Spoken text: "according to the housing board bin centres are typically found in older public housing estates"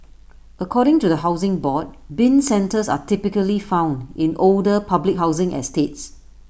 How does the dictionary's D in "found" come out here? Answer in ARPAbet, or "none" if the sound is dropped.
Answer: D